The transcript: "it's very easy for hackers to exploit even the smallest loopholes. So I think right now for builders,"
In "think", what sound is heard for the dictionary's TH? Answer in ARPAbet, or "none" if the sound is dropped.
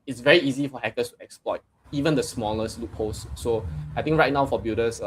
T